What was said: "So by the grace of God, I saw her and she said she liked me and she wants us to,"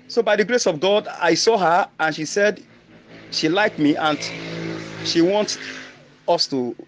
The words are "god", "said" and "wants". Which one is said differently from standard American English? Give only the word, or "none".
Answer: wants